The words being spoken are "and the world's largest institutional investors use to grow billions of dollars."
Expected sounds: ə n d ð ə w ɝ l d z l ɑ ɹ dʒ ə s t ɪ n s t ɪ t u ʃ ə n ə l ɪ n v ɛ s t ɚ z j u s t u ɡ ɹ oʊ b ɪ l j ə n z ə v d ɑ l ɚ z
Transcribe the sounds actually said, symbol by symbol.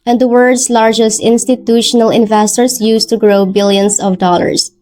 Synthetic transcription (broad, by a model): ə n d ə w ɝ d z l ɑ ɹ dʒ ə s t ɪ n s t ɪ t u ʃ ə n ə l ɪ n v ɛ s t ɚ s j u s t u ɡ ɹ oʊ b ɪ l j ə n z ə v d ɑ l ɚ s